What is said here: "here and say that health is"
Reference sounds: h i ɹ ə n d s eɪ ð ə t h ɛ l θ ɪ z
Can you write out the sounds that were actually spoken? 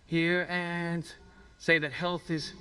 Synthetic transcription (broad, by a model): h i ɹ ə n s eɪ ð ə t h ɛ l θ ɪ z